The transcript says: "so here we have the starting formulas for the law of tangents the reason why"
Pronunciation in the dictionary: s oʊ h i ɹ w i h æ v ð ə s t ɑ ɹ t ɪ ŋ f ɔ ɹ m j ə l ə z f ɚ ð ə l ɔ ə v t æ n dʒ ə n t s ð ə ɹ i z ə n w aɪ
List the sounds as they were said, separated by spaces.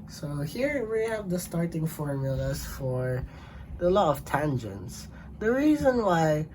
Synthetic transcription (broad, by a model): s oʊ h i ɹ w i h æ v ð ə s t ɑ ɹ t ɪ ŋ f ɔ ɹ m j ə l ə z f ɚ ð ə l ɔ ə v t æ n dʒ ə n t s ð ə ɹ i z ə n w aɪ